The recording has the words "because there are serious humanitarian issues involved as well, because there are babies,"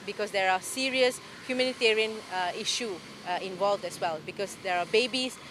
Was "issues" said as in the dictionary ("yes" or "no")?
no